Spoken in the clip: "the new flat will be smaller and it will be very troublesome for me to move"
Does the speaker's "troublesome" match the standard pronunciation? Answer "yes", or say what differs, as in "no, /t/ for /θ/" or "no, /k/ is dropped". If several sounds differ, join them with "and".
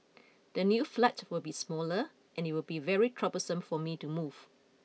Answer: no, /l/ is dropped